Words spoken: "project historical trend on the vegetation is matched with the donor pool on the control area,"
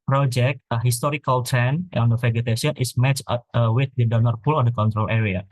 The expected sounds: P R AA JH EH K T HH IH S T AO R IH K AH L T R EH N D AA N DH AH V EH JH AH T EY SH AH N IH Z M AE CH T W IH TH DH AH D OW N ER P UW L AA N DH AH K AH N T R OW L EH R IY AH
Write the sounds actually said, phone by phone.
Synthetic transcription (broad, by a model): P R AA JH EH K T HH IH S T AO R IH K AH L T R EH N AA N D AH F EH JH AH T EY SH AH N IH S M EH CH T W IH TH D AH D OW N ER P UW L AA N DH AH K AH N T R OW L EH R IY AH